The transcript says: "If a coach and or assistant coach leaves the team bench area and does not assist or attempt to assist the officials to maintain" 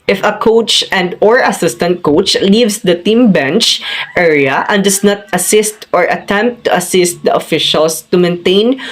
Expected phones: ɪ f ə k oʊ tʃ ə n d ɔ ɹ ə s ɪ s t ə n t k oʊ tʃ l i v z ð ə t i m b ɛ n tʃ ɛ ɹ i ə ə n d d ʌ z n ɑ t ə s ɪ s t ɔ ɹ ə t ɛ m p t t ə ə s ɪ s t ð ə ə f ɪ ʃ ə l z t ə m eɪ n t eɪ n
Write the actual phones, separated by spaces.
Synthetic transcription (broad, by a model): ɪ f ə k oʊ tʃ ə n d ɔ ɹ ə s ɪ s t ə n t k oʊ tʃ l i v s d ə t i m b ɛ n tʃ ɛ ɹ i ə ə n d d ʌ s n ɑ t ə s ɪ s t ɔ ɹ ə t ɛ m p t t ə ə s ɪ s t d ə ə f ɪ ʃ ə l s t ə m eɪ n t eɪ n